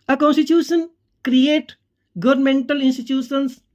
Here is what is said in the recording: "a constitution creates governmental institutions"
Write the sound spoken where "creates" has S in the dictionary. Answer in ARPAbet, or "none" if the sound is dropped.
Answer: none